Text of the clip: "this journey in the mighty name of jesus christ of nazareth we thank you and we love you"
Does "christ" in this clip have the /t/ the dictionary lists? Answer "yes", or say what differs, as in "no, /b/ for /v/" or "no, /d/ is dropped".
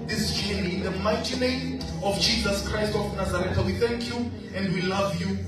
yes